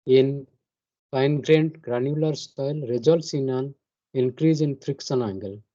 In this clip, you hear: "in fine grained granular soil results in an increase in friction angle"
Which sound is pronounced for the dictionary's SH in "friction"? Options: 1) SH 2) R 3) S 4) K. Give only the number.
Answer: 3